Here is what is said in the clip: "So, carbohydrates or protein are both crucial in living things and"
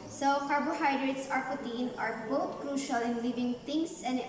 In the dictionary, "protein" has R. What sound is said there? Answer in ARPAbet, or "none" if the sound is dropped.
none